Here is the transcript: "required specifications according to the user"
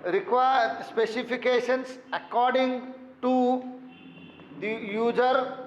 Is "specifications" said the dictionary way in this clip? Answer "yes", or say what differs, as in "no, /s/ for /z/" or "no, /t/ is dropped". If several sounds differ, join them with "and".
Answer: no, /s/ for /z/